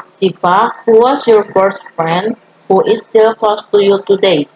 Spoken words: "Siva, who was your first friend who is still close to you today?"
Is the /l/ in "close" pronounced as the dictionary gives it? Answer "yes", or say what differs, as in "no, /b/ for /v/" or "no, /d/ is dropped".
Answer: no, /l/ is dropped